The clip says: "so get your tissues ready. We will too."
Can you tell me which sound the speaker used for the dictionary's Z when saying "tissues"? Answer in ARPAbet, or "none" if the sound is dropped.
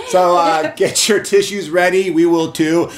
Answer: Z